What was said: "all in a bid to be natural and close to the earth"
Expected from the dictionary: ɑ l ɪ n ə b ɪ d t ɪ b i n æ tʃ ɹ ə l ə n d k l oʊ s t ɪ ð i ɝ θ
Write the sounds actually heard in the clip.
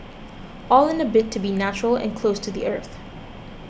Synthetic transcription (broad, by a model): ɑ l ɪ n ə b ɪ t ɪ b i n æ tʃ ɹ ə l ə n k l oʊ s t ɪ ð i ɝ θ